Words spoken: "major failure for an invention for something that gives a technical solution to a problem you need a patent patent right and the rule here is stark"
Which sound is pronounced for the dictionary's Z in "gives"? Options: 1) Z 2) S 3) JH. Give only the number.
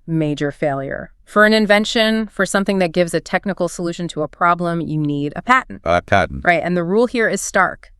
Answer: 1